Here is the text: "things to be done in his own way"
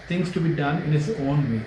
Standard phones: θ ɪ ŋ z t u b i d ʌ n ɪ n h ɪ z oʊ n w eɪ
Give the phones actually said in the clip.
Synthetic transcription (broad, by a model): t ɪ ŋ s t u b i d ʌ n ɪ n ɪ s oʊ n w eɪ